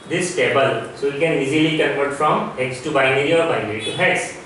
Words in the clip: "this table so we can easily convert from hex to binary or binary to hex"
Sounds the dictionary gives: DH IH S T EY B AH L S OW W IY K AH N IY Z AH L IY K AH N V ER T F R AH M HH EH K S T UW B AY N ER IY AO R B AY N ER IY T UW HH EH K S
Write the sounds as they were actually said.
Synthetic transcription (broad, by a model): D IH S T EY B AH L S OW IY K AH N IY Z AH L IY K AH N P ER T F R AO M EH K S T UW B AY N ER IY AO R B AY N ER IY T UW HH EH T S